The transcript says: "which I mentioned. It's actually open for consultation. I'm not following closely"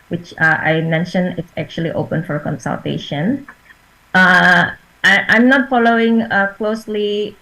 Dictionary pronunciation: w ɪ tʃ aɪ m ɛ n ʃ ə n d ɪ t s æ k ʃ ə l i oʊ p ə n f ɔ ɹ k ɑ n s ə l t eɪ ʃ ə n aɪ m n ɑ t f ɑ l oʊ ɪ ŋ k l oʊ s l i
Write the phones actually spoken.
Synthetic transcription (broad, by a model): w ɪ tʃ aɪ m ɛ n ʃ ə n ɪ t s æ k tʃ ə l i oʊ p ə n f ɔ ɹ k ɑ n s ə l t eɪ ʃ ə n aɪ m n ɑ t f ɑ l oʊ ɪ ŋ k l oʊ s l i